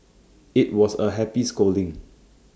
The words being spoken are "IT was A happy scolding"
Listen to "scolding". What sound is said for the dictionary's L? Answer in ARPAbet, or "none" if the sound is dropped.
L